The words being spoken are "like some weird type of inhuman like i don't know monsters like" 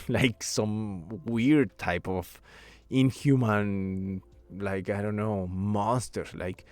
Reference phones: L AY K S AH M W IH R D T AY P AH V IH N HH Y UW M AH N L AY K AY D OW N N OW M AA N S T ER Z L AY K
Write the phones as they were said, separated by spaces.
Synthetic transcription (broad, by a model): L AY K S AH M W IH R D T AY P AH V IH N HH Y UW M AH N L AY K AY D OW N N OW M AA S T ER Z L AY K